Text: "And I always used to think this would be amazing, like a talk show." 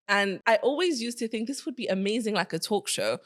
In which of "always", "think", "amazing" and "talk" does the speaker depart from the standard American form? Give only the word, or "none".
none